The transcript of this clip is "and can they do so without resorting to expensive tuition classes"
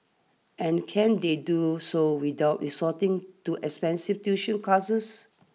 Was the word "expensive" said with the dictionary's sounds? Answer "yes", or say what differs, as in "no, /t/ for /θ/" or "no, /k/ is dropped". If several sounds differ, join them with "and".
no, /f/ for /v/